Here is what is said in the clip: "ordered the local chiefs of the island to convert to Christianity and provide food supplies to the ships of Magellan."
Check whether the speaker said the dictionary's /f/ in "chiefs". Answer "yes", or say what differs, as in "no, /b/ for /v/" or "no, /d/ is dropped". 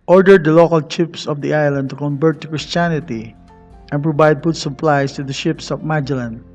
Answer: no, /p/ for /f/